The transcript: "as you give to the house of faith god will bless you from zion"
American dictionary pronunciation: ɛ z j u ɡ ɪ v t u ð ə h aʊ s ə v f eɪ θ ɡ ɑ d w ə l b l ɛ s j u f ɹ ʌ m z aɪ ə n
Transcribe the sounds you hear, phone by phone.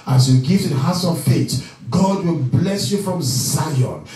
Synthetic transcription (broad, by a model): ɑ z j u ɡ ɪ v t u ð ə h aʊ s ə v f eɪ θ ɡ ɑ d w ə l b l ɛ s j u f ɹ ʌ m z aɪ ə n